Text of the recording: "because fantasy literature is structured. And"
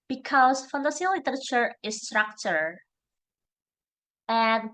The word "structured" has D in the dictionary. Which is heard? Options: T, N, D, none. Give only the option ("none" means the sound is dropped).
none